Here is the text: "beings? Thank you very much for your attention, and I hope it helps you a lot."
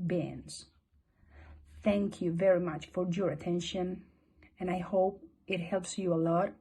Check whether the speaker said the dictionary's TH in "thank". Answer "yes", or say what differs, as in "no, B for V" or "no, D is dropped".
yes